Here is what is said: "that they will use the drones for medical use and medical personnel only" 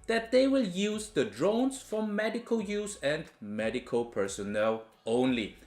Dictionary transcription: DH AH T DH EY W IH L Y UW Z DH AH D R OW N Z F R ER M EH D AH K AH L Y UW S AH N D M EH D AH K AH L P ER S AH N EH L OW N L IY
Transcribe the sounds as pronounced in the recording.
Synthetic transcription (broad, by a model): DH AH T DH EY W IH L Y UW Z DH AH D R OW N S F R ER M EH D AH K AH L Y UW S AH N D M EH D AH K AH L P ER S AH N EH L OW N L IY